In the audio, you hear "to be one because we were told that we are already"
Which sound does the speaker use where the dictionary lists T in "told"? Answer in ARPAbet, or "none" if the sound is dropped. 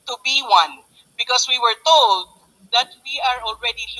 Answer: T